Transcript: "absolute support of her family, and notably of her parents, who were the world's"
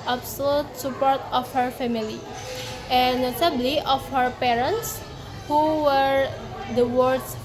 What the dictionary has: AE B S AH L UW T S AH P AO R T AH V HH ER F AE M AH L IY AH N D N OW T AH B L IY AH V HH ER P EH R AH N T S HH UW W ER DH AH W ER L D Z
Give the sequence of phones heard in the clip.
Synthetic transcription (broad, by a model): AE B S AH L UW T S AH P AO R T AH F HH ER F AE M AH L IY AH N N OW S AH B L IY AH F HH ER P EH R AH N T S HH UW W ER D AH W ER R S